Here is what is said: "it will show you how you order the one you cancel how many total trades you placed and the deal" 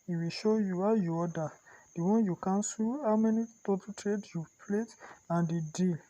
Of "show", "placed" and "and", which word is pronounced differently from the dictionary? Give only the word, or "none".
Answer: placed